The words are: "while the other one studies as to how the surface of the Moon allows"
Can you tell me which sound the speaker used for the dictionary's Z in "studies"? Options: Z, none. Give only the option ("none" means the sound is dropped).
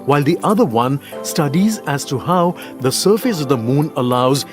Z